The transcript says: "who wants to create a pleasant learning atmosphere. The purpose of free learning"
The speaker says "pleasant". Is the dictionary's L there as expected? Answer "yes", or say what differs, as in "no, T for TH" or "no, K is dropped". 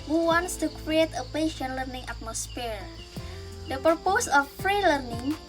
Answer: no, L is dropped